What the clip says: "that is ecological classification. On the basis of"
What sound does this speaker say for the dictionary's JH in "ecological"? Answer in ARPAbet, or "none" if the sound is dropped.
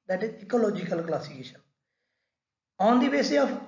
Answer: JH